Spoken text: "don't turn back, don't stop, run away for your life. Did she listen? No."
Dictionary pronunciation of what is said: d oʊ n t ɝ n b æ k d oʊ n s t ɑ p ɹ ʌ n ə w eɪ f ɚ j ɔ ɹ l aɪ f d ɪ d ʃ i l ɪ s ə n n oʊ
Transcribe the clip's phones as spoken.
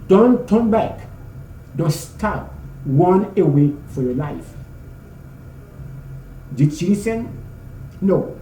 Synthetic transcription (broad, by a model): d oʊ n t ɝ n b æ k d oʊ s t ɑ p w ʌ n ə w eɪ f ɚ j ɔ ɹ l aɪ f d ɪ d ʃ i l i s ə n n oʊ